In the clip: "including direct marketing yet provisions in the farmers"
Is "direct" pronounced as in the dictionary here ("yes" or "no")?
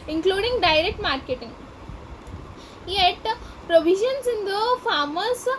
yes